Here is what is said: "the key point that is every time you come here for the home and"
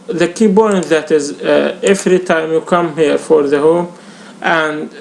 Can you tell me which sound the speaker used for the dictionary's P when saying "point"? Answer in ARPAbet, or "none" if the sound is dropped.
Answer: B